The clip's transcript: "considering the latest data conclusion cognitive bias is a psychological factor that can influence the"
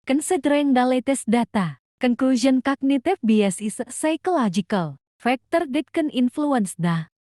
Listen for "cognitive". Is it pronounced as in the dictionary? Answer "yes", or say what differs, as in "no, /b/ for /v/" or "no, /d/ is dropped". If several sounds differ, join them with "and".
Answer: no, /f/ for /v/